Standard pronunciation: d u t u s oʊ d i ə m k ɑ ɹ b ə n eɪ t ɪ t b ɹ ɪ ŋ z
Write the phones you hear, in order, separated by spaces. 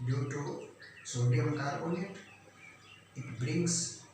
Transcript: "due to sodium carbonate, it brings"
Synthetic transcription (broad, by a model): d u t u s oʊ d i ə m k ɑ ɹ ə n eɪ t ɪ t b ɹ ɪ ŋ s